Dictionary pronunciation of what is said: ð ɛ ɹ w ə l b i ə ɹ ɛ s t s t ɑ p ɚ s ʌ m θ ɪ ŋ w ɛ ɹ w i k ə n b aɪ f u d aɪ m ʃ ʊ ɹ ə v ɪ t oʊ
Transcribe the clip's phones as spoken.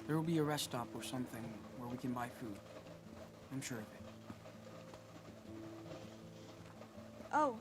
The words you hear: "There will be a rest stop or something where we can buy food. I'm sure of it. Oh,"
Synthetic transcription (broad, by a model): ð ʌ ɹ w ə l b i ə ɹ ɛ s s t ɑ p ɚ s ʌ m θ ɪ ŋ w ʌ ɹ w i k ə n b aɪ f u d aɪ m ʃ ʊ ɹ ə v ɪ t oʊ